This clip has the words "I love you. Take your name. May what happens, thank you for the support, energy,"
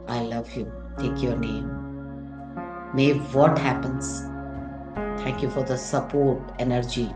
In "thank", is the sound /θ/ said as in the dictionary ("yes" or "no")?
no